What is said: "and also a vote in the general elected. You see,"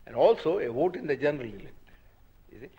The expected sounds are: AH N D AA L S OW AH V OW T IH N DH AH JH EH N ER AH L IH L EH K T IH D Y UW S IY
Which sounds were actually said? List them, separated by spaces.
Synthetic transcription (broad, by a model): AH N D AA L S OW AH V OW T IH N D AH JH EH N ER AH L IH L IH T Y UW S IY